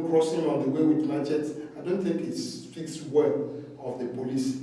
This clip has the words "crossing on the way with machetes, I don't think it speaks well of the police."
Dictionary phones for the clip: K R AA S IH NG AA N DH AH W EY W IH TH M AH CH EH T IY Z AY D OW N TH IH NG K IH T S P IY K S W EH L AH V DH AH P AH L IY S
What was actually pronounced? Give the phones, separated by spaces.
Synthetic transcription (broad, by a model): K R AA S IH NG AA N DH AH W EY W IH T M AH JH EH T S AY D OW N TH IH NG K IH T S F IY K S W EH L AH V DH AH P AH L IY S